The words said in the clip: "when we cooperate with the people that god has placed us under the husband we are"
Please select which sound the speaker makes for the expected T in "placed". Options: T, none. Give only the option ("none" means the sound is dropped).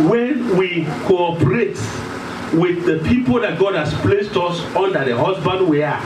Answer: T